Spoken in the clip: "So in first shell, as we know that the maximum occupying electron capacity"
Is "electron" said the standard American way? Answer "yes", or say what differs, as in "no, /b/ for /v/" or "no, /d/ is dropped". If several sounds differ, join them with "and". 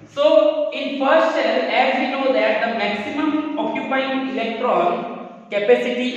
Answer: yes